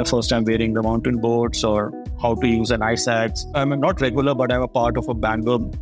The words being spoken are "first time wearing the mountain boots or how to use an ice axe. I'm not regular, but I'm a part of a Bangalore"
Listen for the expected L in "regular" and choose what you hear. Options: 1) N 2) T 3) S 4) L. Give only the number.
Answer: 4